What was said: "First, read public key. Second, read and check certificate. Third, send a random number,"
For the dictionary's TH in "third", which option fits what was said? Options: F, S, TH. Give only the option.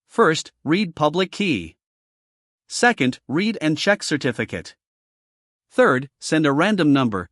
TH